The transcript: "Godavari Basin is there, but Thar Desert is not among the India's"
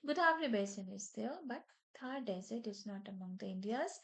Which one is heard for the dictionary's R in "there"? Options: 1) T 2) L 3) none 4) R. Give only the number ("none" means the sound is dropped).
2